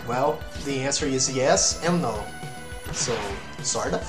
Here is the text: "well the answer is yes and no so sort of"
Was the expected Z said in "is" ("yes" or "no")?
yes